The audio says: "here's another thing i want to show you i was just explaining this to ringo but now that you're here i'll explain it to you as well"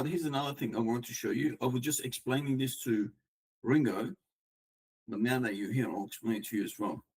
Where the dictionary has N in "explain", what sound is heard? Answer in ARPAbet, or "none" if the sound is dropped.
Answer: none